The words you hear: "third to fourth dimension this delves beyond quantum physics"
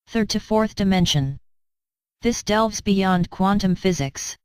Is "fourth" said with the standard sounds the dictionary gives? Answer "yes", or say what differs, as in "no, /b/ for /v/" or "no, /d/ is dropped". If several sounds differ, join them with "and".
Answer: yes